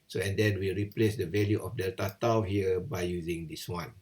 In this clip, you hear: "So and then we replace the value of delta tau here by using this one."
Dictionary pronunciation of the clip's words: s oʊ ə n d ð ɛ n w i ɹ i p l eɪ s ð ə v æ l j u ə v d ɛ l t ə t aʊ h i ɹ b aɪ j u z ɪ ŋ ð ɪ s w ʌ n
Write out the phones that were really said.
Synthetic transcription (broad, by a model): s oʊ ə n d ɛ n w i ɹ i p l eɪ s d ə v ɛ l j u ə f d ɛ t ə t aʊ h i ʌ b aɪ j u z ɪ ŋ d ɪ s w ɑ n